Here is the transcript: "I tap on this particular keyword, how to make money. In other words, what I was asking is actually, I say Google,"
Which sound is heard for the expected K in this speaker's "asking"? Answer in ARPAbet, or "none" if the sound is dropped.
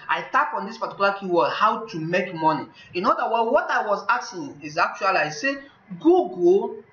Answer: none